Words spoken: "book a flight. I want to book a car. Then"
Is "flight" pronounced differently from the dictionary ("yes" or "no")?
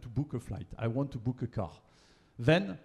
no